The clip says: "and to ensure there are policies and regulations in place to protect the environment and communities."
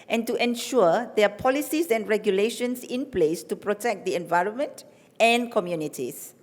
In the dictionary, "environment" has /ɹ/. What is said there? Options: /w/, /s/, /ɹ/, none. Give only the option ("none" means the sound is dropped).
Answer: /ɹ/